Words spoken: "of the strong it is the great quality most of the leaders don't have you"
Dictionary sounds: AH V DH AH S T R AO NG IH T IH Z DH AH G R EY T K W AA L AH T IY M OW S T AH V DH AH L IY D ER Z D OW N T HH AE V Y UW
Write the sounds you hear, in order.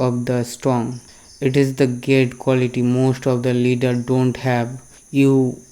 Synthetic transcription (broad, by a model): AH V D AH S T R AO NG IH T IH Z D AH G EY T K W AA L AH T IY M OW S T AH V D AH L IY D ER D OW N T HH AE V Y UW